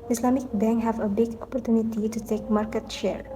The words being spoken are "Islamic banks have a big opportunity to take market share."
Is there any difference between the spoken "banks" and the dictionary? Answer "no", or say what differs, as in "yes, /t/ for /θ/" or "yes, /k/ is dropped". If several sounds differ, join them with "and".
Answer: yes, /s/ is dropped